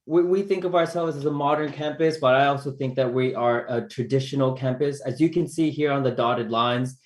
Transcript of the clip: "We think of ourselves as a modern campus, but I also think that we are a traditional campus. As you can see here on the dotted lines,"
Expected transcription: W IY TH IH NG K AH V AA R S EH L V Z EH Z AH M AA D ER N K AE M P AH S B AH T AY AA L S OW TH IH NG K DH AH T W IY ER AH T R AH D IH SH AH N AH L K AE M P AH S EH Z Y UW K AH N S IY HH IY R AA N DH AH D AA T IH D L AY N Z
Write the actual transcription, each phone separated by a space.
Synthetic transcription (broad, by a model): W IY TH IH NG K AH V AA R S EH L V Z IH Z AH M AA D ER N K AE M P AH S B AH T AY AA L S OW TH IH NG K DH AH T W IY ER AH T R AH D IH SH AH N L K AE M P AH S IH Z Y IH K AH N S IY HH IY R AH N DH AH D AA T IH D L AY N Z